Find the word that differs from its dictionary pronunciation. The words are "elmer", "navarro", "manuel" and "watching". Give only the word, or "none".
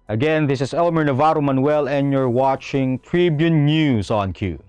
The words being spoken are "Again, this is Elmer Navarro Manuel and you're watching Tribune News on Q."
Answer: none